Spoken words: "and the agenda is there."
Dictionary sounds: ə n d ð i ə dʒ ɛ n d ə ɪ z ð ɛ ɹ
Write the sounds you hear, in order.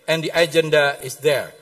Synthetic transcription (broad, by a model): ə n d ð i ə dʒ ɛ n d ə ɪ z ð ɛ ɹ